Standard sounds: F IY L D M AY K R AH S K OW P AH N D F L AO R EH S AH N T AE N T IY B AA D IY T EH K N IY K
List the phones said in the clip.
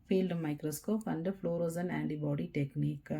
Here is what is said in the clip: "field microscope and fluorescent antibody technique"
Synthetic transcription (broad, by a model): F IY L D M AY K R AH S K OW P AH N D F L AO R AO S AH N AE N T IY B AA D IY T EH K N IY K